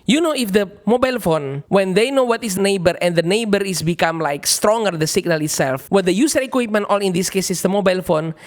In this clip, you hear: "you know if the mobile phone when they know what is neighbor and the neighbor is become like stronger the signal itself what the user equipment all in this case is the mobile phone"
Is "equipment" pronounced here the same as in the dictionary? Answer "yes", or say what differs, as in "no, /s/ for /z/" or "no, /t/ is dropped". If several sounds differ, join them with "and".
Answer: yes